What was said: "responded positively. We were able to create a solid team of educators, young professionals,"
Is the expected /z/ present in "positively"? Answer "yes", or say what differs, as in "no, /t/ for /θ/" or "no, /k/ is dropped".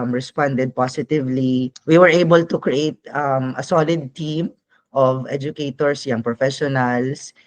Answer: no, /s/ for /z/